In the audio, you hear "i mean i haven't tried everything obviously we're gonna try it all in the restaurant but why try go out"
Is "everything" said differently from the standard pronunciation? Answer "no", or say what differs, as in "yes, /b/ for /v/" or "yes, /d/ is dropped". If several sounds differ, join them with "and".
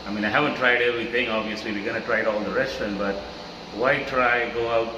yes, /t/ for /θ/